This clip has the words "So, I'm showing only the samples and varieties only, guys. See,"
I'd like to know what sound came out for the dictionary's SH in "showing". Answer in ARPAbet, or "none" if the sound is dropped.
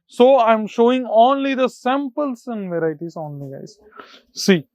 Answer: SH